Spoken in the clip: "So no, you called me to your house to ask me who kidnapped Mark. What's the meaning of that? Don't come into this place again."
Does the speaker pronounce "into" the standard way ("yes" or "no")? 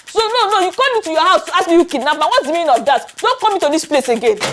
no